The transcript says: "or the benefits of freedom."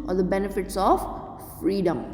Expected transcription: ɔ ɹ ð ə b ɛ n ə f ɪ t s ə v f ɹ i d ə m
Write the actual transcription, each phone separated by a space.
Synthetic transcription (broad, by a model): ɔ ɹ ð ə b ɛ n ə f ɪ t s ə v f ɹ i d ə m